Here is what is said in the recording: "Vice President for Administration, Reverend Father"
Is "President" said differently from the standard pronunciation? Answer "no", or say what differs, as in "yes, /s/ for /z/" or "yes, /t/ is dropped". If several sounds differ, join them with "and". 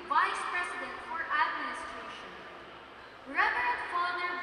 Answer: yes, /s/ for /z/